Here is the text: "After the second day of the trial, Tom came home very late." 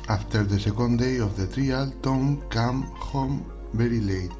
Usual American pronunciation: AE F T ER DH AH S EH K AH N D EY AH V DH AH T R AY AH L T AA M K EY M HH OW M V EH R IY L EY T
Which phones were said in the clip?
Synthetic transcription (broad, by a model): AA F T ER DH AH S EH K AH N D EY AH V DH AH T R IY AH L T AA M K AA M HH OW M B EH R IY L EY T